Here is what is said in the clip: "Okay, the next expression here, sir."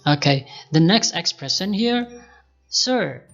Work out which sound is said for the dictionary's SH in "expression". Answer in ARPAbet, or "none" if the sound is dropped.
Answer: S